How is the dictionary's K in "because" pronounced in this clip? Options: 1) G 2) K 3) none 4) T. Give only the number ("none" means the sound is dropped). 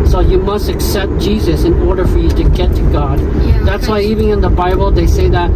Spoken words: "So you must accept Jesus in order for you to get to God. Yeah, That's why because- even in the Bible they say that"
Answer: 3